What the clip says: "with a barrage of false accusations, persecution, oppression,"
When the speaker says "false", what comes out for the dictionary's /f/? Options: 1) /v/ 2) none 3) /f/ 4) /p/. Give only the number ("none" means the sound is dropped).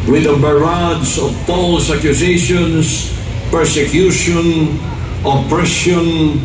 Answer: 4